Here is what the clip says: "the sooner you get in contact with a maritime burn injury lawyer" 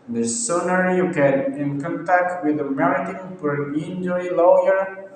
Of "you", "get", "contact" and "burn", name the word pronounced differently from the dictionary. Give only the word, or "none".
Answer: burn